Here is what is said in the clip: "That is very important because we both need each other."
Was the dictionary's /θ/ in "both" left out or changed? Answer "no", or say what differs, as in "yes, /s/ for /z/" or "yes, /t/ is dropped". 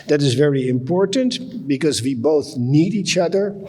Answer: no